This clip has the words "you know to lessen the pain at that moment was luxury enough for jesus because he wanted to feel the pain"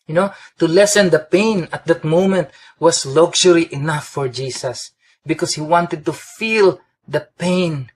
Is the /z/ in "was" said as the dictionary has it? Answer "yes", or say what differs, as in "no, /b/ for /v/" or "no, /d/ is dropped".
no, /s/ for /z/